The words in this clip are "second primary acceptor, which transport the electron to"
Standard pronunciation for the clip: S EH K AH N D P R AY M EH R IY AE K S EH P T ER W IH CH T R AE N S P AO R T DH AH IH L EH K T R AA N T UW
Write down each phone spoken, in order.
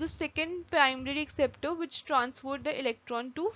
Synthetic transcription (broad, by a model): S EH K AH N D P R AY M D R IY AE K S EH P T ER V IH CH T R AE N S F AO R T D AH IH L EH K T R AA N T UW